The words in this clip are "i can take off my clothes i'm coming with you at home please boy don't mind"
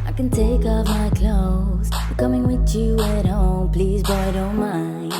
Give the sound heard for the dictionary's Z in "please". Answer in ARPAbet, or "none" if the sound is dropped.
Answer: Z